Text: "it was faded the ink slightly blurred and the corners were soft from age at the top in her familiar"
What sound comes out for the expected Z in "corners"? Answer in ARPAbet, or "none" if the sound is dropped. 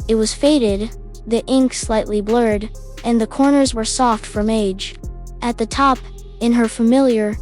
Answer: Z